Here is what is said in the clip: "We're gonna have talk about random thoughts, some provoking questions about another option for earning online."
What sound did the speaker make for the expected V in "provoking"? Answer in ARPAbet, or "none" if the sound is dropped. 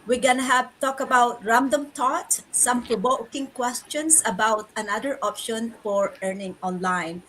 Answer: B